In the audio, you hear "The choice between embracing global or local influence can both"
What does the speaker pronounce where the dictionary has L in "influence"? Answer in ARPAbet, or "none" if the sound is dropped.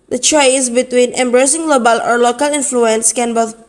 L